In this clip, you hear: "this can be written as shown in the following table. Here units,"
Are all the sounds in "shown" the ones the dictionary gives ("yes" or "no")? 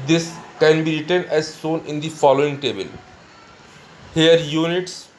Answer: no